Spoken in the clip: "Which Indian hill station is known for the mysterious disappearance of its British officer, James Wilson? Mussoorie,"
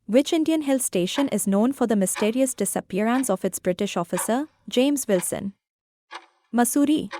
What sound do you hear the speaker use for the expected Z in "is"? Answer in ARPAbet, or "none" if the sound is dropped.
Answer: Z